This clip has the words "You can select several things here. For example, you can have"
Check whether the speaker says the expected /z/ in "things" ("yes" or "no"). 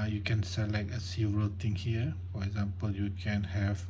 no